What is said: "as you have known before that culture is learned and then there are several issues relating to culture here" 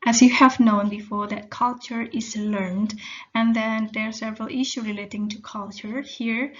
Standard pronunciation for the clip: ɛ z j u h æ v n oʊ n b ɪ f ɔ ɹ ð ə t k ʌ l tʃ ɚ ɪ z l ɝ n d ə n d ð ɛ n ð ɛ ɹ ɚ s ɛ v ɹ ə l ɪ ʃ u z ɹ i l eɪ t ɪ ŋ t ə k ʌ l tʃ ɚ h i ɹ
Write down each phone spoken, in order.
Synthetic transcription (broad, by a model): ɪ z j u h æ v n oʊ n b ɪ f ɔ ɹ ð ə t k ʌ l tʃ ɚ ɪ z l ɝ n d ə n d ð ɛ n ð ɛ ɹ s ɛ v ɹ ə l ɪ ʃ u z ɹ i l eɪ t ɪ ŋ t ə k ʌ l tʃ ɚ h i ɹ